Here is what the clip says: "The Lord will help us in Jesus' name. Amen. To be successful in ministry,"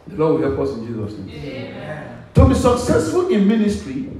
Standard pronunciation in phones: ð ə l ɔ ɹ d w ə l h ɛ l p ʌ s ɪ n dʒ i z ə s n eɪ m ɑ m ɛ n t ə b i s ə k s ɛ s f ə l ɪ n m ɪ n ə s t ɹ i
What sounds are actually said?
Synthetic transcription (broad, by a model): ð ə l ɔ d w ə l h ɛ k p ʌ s ɪ n dʒ i z ə s n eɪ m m t ə b i s ə k s ɛ s f ə l ɪ n m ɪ n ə s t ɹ i